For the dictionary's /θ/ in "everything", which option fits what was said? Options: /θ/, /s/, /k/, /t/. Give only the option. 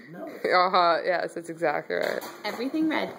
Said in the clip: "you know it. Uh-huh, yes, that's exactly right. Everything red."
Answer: /θ/